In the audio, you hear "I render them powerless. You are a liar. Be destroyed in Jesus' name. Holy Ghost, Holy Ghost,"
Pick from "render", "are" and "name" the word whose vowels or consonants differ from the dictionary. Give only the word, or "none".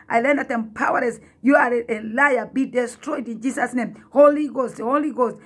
render